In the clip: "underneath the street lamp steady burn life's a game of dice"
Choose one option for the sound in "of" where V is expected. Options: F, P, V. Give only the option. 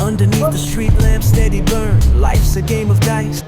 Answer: V